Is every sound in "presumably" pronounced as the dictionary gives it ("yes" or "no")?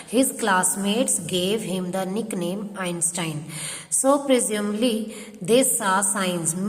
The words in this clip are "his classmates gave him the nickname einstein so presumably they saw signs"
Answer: no